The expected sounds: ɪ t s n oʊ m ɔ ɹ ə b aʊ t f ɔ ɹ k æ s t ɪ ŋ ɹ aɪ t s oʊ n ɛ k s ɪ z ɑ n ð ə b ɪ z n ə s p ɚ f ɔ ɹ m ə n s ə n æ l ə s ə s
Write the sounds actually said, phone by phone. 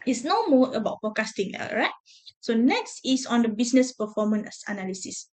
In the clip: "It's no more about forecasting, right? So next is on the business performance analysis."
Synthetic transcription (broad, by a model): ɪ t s n oʊ m ɔ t ə b aʊ t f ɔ k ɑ s t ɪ ŋ ɹ aɪ t s oʊ n ɛ k s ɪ s ɑ n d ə b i s n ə s p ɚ f ɔ m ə n s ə n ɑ l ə s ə s